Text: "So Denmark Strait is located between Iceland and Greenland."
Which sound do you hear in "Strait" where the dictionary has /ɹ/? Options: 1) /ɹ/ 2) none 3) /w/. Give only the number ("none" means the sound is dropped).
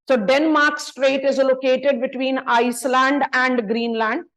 1